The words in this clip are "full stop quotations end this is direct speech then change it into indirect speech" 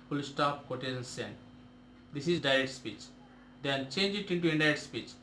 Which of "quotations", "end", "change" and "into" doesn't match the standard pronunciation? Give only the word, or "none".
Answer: quotations